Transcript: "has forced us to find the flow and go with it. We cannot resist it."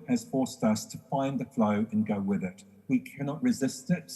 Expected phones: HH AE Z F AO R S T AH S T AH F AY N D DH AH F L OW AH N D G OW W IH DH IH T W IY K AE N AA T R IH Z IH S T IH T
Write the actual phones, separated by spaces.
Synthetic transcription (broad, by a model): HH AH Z F AO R S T AH S T AH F AY N DH AH F L OW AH N G OW W IH DH IH T W IY K AE N AA T R IH Z IH S T IH T